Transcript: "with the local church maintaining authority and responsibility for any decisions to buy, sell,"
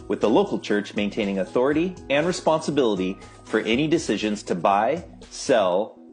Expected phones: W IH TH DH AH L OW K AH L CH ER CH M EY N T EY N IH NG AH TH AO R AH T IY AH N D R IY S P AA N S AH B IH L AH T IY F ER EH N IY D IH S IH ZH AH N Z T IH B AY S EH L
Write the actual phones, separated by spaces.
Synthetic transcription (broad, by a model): W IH DH AH L OW K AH L CH ER CH M EY N T EY N IH NG AH TH AO R AH T IY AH N R IY S P AA N S AH B IH L AH T IY F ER EH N IY D IH S IH ZH AH N Z T IH B AY S EH L